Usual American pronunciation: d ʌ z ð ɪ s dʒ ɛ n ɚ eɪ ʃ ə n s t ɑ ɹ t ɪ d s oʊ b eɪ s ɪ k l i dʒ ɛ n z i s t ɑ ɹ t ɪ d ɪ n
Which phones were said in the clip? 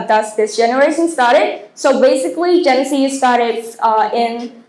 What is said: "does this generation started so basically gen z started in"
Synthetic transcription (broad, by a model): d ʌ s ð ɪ s dʒ ɛ n ɚ eɪ ʃ ə n s t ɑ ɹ t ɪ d s oʊ b eɪ s ɪ k l i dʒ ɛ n s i s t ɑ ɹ t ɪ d ɪ n